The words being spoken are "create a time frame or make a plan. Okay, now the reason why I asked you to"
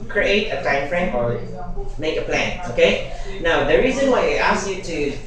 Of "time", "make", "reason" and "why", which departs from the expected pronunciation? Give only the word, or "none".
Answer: none